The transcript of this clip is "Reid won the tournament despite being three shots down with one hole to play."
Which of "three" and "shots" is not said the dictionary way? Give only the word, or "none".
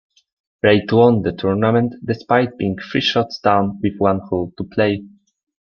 three